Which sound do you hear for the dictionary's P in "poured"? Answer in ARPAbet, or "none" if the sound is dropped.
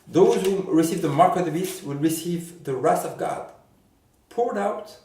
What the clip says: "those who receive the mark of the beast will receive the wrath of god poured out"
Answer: P